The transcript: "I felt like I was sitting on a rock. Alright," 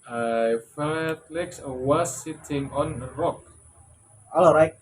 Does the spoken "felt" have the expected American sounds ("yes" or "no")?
no